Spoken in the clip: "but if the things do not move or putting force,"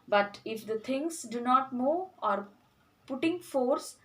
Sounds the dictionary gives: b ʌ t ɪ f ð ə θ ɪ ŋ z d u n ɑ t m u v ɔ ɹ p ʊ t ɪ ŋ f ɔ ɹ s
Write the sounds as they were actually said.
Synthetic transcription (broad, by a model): b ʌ t ɪ f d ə t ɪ ŋ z d u n ɑ t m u ɔ ɹ p ʊ t ɪ ŋ f ɔ ɹ s